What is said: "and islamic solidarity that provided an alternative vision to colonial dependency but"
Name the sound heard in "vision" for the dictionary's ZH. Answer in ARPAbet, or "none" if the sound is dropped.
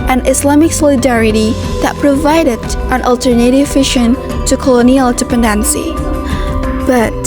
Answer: SH